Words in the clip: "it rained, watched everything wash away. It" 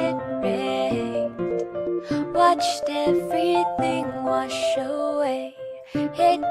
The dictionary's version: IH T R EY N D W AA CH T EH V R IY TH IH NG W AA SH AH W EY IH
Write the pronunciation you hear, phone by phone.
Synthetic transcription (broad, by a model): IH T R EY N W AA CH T EH V R IY TH IH NG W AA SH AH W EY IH